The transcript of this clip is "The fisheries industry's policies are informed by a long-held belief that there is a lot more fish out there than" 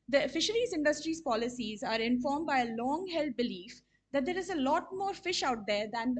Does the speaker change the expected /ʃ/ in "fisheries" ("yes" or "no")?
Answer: no